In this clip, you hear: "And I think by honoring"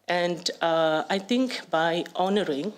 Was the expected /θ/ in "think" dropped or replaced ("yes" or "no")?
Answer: yes